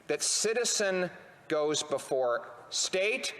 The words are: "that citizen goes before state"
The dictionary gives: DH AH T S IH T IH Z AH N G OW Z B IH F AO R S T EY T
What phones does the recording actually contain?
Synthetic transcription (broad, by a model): DH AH T S IH T IH Z AH N G OW Z B IH F AO R S T EY T